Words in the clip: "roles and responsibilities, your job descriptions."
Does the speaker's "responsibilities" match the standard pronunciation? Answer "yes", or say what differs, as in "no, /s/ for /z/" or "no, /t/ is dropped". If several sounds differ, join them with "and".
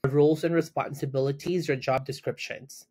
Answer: yes